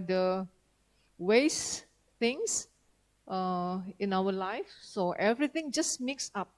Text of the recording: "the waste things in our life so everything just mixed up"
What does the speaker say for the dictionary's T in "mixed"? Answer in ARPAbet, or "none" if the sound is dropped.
none